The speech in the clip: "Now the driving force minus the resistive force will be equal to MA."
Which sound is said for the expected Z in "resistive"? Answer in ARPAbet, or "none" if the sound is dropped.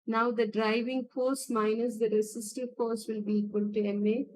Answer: S